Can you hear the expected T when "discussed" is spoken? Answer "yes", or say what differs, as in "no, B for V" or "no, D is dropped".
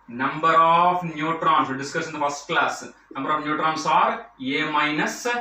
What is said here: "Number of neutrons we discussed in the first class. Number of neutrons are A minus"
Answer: no, T is dropped